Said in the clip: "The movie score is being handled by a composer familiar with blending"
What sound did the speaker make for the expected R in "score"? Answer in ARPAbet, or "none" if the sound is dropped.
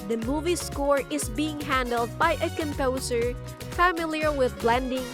R